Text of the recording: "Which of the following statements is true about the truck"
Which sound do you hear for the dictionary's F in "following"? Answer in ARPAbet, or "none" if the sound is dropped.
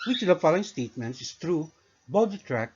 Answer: F